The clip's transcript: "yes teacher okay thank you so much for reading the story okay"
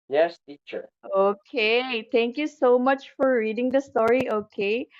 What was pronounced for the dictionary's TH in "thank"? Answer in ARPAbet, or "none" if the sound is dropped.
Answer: T